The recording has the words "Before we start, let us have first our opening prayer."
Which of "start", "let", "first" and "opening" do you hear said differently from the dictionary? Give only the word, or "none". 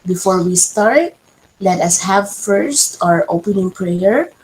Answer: none